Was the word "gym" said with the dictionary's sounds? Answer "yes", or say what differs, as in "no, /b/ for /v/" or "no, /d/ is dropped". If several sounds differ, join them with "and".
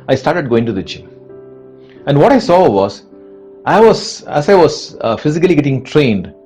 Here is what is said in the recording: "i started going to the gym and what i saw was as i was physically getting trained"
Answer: no, /tʃ/ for /dʒ/